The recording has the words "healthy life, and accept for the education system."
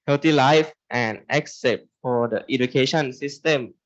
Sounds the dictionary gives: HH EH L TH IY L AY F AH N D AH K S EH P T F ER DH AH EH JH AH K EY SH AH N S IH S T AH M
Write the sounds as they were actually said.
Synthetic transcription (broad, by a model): HH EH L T IY L AY F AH N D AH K S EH T F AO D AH EH JH AH K EY SH AH N S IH S T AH M